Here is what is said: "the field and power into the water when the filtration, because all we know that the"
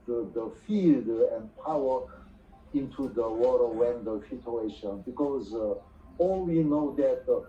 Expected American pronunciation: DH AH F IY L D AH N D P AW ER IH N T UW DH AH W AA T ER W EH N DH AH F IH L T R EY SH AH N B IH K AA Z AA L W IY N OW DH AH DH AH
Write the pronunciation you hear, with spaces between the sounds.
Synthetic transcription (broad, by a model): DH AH F IY L D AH N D P AW ER IH N T UW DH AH W AA T ER W EH N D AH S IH T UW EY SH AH N B IH K AA Z AA L W IY N OW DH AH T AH